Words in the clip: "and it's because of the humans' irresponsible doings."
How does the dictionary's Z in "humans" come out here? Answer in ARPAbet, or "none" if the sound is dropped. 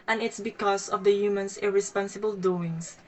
S